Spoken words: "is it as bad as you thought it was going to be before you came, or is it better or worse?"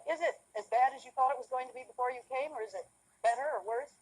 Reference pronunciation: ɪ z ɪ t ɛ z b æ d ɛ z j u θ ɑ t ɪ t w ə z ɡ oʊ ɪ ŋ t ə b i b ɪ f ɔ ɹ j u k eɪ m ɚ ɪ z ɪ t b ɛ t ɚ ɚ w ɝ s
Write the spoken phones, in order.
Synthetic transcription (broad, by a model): ɪ z ɪ t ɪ z b æ d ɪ z j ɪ θ ɑ t ɪ t w ə z ɡ oʊ ɪ ŋ t ə b i b ɪ f ɔ ɹ j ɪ k eɪ m ɚ ɪ z ɪ t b ɛ t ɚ ɚ w ɝ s